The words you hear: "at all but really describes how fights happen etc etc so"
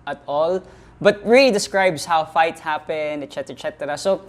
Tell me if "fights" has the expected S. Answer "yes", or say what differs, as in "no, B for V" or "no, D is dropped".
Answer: no, S is dropped